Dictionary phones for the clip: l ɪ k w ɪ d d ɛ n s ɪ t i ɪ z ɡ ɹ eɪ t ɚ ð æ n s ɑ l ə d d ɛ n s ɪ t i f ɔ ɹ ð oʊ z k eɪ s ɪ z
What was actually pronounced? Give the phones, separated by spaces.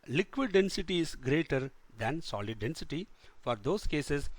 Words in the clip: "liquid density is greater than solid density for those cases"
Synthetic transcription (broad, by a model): l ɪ k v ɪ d d ɛ n s ɪ t i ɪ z ɡ ɹ eɪ t ɚ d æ n s ɑ l ə d d ɛ n s ɪ t i f ɔ ɹ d oʊ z k eɪ s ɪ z